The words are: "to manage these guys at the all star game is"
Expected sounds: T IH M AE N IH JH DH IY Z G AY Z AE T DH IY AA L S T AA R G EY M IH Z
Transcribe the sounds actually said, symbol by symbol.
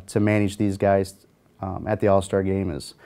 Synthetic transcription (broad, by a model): T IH M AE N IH JH DH IY Z G AY Z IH T DH IY AA L S T AA R G EY M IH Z